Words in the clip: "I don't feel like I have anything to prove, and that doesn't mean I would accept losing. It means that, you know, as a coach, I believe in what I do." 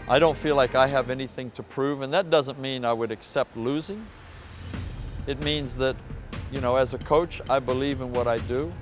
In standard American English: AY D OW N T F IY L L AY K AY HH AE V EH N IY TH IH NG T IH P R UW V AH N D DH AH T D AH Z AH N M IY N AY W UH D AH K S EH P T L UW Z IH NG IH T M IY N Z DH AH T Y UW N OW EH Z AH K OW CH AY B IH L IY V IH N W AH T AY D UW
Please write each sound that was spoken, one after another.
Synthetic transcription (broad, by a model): AY D OW N T F IY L L AY K AY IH V EH N IY TH IH NG T IH P R UW V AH N DH AH T D AH Z AH N M IY N AY W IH D AH K S EH P T L UW Z IH NG IH T M IY N Z DH AH T Y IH N OW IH Z AH K OW CH AY B IH L IY V IH N W AH T AY D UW